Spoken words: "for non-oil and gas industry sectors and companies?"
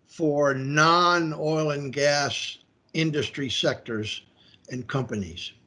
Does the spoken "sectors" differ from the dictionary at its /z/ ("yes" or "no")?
no